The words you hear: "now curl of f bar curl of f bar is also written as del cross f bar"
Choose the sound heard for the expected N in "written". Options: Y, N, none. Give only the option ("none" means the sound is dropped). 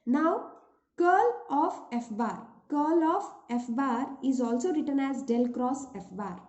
N